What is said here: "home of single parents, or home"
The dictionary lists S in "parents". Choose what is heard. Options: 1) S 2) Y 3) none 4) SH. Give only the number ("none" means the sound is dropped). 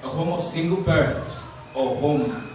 3